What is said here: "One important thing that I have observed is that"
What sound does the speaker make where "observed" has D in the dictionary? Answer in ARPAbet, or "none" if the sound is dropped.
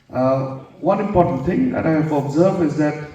none